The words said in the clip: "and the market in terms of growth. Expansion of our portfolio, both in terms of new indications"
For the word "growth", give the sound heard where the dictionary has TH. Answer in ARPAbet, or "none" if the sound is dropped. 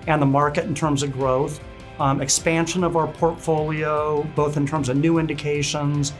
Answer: TH